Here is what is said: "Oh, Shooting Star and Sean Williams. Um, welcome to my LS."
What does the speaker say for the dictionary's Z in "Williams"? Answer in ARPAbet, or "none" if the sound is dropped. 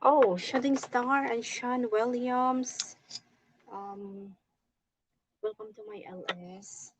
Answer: S